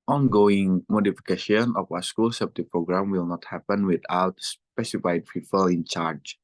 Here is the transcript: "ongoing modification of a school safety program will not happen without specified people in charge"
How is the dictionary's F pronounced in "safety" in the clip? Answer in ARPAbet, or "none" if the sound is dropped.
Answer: P